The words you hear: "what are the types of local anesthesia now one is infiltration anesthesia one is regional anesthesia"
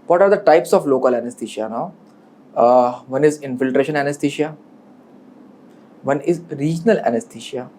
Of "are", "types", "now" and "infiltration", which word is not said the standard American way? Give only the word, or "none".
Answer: none